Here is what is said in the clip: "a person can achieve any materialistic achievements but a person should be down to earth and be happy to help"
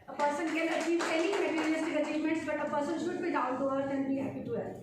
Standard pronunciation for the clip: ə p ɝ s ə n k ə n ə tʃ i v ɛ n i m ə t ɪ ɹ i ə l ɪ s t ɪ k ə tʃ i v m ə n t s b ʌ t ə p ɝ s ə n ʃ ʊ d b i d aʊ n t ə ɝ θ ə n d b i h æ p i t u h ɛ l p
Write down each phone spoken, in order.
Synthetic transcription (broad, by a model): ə p ɝ s ə n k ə l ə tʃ i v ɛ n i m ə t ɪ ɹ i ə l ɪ s t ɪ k ə tʃ i v m ə n t s b ʌ t ə p ɝ s ə n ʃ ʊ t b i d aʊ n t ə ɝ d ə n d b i h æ p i t u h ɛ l